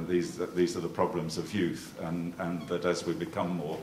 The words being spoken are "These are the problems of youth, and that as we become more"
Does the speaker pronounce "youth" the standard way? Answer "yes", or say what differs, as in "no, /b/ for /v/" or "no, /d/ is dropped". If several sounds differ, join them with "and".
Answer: yes